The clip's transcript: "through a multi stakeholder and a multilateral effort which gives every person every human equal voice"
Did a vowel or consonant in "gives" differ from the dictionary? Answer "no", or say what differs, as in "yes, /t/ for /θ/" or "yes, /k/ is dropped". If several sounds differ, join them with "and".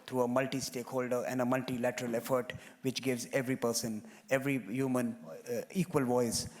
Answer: no